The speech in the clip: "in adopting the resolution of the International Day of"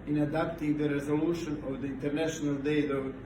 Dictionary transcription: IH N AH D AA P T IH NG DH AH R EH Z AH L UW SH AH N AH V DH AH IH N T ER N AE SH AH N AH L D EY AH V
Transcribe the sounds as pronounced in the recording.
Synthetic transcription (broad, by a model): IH N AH D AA P T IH NG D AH R EH Z AH L UW SH AH N AH V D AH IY N T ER N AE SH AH N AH L D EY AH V